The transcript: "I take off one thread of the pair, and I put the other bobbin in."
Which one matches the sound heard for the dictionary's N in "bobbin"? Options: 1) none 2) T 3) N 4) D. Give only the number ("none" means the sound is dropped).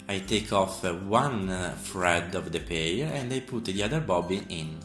1